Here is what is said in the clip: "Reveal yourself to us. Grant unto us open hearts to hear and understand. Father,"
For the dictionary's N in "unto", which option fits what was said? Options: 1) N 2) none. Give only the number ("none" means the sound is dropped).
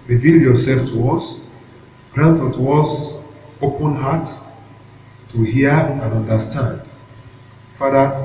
2